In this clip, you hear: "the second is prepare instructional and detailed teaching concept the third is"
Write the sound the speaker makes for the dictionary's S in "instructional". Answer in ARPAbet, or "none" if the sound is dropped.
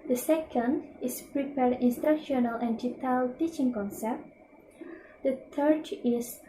S